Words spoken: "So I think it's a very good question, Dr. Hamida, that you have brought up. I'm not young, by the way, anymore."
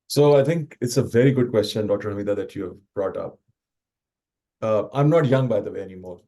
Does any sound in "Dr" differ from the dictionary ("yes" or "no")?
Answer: yes